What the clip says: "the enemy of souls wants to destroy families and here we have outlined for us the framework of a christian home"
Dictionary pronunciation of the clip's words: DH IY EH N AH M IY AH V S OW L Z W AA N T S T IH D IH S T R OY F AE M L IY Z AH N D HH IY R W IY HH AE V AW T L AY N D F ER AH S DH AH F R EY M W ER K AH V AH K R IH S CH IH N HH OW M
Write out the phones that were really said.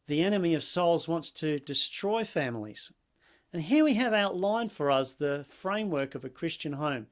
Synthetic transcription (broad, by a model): DH IY EH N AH M IY AH V S OW L Z W AA N T S T IH D IH S T R OY F AE M L IY Z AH N HH IY R W IY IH V AW T L AY N F ER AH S DH AH F R EY M W ER K AH V AH K R IH S CH IH N HH OW M